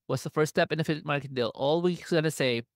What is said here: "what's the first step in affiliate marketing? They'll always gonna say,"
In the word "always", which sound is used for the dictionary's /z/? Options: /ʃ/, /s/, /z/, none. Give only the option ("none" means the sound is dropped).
/s/